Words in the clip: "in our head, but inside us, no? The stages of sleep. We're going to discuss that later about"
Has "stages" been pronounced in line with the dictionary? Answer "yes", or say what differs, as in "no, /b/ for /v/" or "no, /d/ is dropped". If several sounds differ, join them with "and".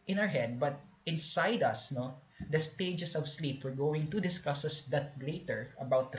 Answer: no, /s/ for /z/